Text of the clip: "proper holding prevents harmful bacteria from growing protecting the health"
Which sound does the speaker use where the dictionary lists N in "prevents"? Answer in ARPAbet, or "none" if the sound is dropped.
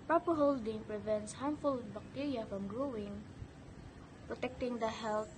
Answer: N